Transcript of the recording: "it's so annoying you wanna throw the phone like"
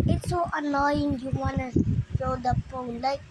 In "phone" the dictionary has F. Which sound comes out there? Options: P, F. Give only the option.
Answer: P